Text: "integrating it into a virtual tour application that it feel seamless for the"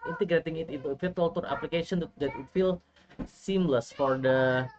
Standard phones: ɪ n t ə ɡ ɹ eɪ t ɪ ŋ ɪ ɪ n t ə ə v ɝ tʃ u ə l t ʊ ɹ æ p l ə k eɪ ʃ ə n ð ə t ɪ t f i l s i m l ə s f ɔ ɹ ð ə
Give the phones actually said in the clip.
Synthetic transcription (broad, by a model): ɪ n t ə ɡ ɹ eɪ t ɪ ŋ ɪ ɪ t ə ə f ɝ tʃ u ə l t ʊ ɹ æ p l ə k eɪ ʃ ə n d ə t ɪ t f i l s i m l ə s f ɔ ɹ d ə